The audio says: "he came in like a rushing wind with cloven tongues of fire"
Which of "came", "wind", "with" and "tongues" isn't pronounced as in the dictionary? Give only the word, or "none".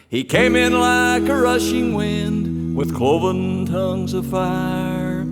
none